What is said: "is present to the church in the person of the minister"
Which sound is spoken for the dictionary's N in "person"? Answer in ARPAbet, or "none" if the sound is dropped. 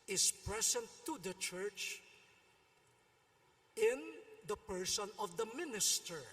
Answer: N